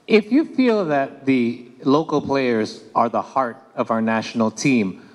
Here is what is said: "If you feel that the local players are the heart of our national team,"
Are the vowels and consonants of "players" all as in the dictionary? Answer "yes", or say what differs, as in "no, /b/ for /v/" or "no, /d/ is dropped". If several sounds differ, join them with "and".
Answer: yes